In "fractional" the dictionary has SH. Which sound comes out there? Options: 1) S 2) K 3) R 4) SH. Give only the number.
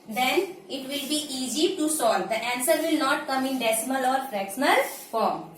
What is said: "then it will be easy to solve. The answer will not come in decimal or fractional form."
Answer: 1